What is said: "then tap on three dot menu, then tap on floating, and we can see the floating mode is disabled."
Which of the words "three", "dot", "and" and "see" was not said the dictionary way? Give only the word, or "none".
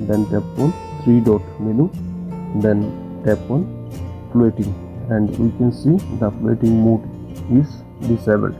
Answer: three